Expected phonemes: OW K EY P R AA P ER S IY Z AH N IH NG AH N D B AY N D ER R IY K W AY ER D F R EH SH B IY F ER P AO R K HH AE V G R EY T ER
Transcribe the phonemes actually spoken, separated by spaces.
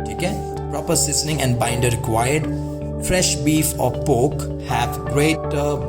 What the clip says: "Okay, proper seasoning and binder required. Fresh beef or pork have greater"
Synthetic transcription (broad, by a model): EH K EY P R AA P ER S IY S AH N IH NG AH N D B AY N D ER R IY K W AY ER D F R EH SH B IY F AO P AO K HH AE V G R EY T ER